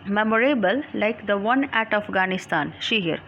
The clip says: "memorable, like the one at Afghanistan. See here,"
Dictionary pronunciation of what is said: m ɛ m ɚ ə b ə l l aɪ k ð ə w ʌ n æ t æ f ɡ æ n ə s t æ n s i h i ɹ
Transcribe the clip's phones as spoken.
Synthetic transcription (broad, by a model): m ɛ m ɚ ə b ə l l aɪ k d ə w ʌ n æ t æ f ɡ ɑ n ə s t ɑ n ʃ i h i ɹ